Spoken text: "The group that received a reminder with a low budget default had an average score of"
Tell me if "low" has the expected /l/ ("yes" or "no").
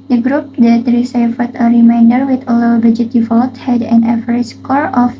yes